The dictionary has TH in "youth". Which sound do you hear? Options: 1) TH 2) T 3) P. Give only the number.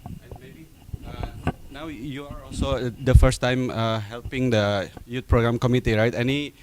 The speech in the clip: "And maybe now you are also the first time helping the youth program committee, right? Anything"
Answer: 2